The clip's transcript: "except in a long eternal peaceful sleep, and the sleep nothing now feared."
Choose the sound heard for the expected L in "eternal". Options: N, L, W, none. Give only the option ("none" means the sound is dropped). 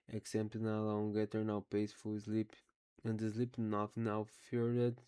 W